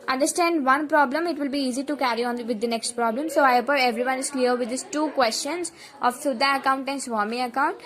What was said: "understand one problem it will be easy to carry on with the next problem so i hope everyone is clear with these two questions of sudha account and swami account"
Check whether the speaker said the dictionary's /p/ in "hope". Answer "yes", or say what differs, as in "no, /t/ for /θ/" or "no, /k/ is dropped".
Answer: no, /p/ is dropped